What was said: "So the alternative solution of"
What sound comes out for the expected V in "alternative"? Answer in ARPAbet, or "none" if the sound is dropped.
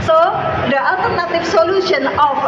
F